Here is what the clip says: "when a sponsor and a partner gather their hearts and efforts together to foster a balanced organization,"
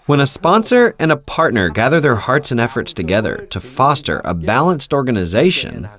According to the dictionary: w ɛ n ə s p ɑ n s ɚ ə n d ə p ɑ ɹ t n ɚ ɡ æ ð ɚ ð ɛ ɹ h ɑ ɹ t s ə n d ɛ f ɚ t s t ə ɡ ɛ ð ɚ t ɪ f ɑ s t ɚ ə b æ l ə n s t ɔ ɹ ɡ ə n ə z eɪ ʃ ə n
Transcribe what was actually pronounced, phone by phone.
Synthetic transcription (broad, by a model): w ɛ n ə s p ɑ n s ɚ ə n ə p ɑ ɹ t n ɚ ɡ æ ð ɚ ð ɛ ɹ h ɑ ɹ t s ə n ɛ f ɚ t s t ə ɡ ɛ ð ɚ t ɪ f ɑ s t ɚ ə b æ l ə n s t ɔ ɹ ɡ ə n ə z eɪ ʃ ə n